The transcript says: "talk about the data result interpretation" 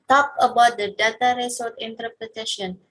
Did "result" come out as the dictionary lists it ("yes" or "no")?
no